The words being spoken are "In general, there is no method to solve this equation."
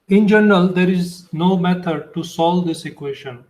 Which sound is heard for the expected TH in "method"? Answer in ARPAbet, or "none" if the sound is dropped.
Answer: T